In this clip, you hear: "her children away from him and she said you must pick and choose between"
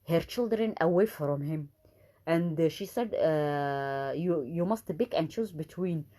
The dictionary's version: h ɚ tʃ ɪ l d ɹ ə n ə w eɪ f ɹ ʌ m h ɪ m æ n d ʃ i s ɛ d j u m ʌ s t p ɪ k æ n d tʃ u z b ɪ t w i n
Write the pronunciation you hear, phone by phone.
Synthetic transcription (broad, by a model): h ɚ tʃ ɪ l d ɹ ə n ə w eɪ f ɹ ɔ m h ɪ m æ n d ʃ i s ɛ d j u m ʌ s t b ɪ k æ n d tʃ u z b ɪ t w i n